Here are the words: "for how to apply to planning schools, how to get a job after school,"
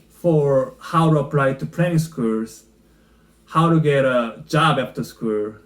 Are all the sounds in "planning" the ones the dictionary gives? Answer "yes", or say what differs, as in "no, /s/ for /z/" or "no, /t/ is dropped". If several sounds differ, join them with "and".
no, /n/ is dropped